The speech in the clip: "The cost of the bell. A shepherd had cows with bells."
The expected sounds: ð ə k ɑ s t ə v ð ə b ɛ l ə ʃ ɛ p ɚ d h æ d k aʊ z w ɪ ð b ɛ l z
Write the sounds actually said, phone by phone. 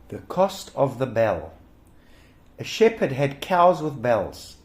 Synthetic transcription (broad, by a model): ð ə k ɑ s t ə v ð ə b ɛ l ə ʃ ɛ p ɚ d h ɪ d k aʊ z w ɪ ð b ɛ l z